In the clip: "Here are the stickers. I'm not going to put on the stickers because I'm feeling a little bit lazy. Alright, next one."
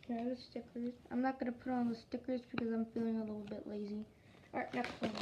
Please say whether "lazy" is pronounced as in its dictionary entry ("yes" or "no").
yes